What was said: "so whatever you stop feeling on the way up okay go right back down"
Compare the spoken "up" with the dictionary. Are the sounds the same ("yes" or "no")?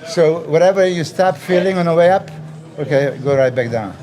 yes